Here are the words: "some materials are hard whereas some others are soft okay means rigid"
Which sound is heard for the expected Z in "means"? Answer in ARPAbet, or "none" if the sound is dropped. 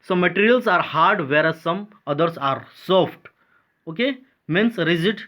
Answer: S